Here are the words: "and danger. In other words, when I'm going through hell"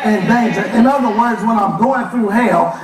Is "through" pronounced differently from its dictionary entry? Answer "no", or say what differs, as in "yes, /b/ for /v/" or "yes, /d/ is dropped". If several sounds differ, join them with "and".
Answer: no